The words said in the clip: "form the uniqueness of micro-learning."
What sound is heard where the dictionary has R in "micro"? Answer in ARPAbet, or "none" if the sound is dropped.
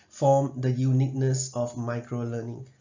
R